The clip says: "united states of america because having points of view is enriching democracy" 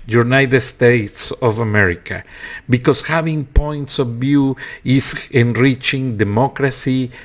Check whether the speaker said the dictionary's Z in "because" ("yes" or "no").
no